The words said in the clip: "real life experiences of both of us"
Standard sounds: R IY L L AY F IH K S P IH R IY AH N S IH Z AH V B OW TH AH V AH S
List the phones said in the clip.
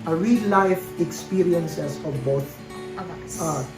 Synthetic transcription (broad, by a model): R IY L L AY F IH K S P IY R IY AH N S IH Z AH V B OW T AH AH